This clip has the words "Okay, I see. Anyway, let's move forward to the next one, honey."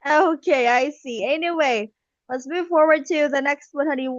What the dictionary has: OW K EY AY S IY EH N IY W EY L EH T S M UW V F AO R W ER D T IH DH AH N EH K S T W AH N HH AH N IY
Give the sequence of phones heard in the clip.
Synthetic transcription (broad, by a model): OW K EY AY S IY EH N IY W EY L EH T S M UW V F AO R W ER D T IH DH AH N EH K S T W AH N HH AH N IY